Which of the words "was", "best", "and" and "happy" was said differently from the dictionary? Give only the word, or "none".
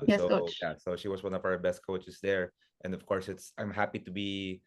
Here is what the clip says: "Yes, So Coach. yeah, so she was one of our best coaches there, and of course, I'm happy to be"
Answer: was